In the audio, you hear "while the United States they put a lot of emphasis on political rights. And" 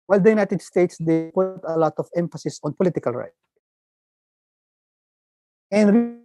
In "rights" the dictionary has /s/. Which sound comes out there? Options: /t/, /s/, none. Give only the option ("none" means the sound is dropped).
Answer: none